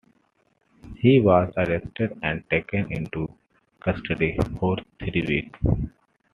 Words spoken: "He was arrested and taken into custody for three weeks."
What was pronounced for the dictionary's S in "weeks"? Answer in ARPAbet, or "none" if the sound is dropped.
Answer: none